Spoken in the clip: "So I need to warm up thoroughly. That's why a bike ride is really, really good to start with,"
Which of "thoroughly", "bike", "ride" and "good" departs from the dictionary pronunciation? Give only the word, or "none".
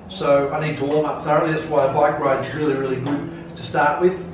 none